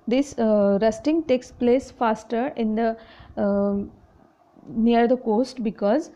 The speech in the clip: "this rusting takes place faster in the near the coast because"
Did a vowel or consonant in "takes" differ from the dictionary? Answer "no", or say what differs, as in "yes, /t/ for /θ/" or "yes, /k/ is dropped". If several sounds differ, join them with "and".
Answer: no